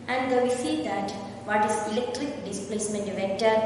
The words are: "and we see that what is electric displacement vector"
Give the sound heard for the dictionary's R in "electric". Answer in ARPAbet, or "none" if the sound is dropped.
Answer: R